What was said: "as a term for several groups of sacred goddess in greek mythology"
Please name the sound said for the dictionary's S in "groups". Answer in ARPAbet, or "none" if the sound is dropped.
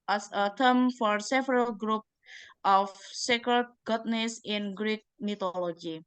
none